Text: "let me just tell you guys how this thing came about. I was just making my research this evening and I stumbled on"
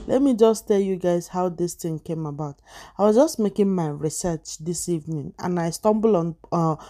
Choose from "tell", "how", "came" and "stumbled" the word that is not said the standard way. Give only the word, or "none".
stumbled